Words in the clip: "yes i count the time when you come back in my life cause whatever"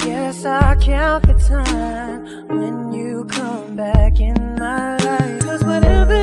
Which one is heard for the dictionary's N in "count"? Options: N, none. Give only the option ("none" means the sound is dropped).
none